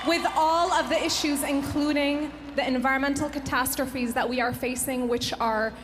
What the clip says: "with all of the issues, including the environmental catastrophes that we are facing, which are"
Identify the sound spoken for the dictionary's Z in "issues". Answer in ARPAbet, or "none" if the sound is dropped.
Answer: Z